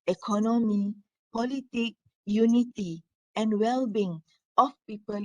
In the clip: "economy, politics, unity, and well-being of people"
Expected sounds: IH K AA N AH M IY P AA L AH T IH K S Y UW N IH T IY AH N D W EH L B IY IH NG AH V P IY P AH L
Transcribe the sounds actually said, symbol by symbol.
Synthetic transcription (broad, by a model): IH K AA N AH M IY P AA L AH T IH K Y UW N IH T IY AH N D W EH L B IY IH NG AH F P IY P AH L